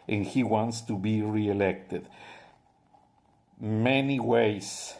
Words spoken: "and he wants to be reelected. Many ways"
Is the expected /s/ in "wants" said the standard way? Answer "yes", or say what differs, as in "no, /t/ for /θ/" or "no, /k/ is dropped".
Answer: yes